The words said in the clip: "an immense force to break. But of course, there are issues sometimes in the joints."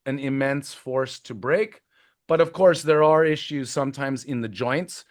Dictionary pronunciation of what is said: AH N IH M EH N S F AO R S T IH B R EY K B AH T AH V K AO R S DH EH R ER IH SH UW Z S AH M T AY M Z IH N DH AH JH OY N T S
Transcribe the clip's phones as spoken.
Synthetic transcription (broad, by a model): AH N IH M EH N S F AO R S T IH B R EY K B AH T AH V K AO R S DH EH R ER IH SH UW Z S AH M T AY M Z IH N DH AH JH OY N T S